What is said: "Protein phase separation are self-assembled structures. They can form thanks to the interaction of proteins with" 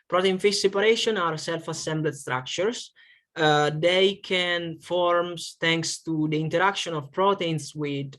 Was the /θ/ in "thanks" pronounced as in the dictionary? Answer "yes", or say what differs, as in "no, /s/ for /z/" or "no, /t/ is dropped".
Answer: no, /t/ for /θ/